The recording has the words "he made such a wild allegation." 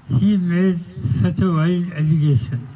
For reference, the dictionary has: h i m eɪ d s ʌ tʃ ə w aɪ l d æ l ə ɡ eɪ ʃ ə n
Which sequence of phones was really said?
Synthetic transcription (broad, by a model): h i m eɪ d s ʌ tʃ ə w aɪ d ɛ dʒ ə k eɪ ʃ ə n